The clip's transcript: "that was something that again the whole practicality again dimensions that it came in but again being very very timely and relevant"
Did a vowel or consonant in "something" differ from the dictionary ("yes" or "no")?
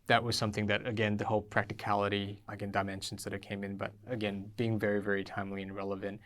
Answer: no